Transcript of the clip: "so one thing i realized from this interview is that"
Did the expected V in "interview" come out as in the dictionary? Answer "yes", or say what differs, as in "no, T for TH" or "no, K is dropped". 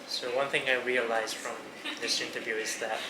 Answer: yes